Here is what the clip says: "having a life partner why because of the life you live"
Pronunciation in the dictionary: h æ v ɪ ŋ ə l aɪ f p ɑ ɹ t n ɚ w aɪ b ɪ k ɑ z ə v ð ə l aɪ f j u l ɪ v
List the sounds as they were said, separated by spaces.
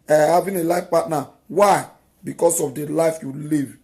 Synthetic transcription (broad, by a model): h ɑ v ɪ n ə l aɪ f p ɑ t n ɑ w aɪ b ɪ k ɑ s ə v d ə l aɪ f j u l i v